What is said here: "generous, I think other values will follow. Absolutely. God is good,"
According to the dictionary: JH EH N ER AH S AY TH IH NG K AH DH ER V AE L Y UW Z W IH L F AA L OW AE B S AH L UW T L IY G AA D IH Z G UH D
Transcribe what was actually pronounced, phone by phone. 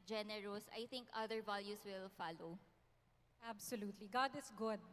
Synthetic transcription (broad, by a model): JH EH N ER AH S AY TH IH NG K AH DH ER V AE L Y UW S W IH L F AA L OW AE B S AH L UW T L IY G AA D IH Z G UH D